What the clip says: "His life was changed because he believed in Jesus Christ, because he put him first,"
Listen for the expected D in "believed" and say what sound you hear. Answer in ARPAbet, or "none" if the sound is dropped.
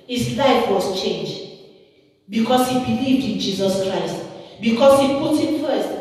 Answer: D